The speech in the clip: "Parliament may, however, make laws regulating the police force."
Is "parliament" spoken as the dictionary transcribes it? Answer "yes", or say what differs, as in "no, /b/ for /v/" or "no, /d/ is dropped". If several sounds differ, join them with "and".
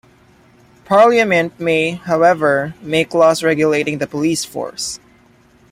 yes